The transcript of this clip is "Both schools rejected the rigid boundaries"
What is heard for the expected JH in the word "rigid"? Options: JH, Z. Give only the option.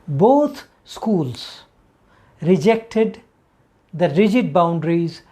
JH